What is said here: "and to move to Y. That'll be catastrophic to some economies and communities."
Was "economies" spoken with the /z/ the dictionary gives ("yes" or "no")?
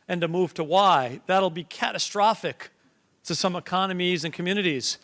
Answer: yes